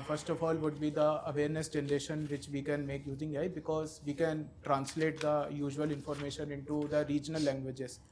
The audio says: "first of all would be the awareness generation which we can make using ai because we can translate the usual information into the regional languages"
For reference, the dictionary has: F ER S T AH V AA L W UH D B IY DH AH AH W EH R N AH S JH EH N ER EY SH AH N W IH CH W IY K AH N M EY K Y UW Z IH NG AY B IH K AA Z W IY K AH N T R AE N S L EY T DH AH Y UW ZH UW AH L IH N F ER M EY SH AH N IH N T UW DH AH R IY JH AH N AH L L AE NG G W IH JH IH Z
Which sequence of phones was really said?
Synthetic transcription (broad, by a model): F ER S T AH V AA L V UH D B IY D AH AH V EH R N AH S JH EH N ER EY SH AH N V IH CH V IY K AH N M EY K Y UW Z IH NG AY B IH K AA Z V IY K AH N T R AE N S L EY T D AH Y UW ZH UW AH L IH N F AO M EY SH AH N IH N T UW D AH R IY JH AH N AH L L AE NG G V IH JH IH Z